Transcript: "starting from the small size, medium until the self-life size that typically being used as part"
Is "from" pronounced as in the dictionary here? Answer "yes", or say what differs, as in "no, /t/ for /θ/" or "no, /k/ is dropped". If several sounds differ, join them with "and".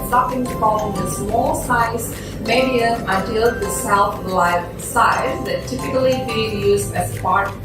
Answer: no, /l/ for /ɹ/